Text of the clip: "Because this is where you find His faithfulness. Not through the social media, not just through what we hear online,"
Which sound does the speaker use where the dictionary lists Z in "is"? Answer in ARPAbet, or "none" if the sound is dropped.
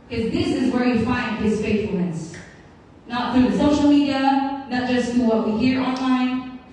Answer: Z